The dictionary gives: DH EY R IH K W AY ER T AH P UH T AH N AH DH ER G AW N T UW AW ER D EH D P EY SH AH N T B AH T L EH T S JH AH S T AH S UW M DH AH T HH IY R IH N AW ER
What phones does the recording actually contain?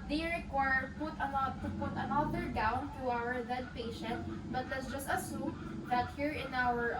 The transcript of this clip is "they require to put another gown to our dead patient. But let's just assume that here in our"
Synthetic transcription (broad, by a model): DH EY R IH K W AY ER T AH P UH T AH N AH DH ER G AW N T UW AW ER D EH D P EY SH AH N T B AH T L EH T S JH AH S T AH S UW M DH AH T HH IY R IH N AW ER